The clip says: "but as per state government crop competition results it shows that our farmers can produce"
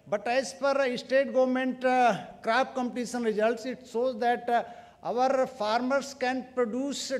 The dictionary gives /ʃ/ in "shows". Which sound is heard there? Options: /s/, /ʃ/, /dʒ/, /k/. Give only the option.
/s/